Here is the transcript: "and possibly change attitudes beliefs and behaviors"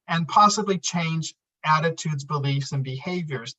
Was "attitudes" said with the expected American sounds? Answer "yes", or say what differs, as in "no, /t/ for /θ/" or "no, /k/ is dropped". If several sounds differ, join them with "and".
yes